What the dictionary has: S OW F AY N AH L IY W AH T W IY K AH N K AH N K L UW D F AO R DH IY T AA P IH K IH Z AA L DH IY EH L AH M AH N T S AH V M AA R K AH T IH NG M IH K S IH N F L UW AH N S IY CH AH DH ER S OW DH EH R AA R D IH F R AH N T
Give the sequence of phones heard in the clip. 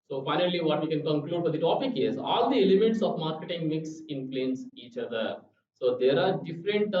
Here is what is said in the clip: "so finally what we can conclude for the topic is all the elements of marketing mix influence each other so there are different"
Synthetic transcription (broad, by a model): S OW F AY N AH L IY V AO T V IY K AH N K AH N K L UW D F AO R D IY T AA P IH K IH Z AA L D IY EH L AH M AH T S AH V M AA R K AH T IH NG M IH K S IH N P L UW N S IY CH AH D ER S OW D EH R AA R D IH F R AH N T